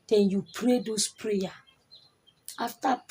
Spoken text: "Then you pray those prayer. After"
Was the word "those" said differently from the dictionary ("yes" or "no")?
yes